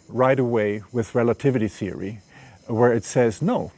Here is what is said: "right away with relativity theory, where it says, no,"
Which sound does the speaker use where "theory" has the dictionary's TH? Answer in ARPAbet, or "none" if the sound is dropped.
TH